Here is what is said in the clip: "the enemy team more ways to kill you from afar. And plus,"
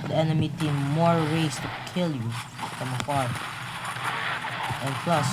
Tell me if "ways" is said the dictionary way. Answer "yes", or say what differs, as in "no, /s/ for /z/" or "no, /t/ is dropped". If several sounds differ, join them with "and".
no, /s/ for /z/